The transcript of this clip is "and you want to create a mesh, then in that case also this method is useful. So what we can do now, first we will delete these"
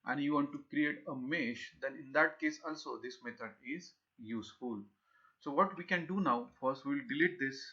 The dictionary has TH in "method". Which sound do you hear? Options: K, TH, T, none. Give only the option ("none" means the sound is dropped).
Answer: T